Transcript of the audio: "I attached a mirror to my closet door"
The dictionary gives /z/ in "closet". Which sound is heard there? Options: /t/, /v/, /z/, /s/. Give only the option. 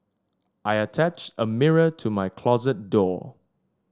/z/